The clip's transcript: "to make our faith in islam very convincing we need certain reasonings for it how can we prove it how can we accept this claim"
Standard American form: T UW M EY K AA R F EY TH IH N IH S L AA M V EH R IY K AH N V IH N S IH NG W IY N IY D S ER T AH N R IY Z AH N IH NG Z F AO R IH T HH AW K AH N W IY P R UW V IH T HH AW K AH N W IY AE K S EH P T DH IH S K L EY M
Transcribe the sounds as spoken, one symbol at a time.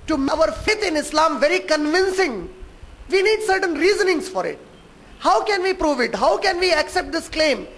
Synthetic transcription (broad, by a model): T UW M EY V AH R F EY T IH N IH S L AA M V EH R IY K AH N V IH N S IH NG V IY N IY D S ER T AH N R IY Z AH N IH NG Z F AO R IH T HH AW K AH N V IY P R UW V IH T HH AW K AH N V IY AE K S EH P T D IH S K L EY M